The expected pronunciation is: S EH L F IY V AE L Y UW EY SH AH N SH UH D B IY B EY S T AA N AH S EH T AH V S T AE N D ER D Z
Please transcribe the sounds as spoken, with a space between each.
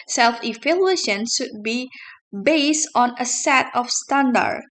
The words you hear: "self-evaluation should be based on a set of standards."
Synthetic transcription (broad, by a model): S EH L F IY F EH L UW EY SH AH N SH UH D B IY B EY S T AA N AH S EH T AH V S T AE N D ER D